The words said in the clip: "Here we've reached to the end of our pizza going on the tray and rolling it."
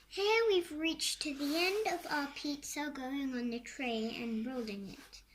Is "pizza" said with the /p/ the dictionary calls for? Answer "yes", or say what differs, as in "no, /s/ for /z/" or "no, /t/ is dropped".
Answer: yes